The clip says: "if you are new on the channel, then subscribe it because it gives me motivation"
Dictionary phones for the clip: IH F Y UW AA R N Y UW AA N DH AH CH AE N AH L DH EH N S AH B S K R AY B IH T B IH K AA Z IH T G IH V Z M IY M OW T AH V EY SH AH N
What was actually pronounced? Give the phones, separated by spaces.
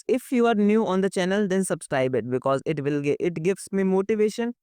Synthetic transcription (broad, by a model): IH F Y UW AA R N Y UW AA N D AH CH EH N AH L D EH N S AH B S K R AY B IH T B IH K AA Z IH T G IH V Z M IY M OW T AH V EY SH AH N